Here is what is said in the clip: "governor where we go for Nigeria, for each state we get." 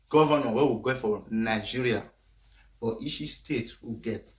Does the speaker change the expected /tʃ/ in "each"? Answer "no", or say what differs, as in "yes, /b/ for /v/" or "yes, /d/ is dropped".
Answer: yes, /ʃ/ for /tʃ/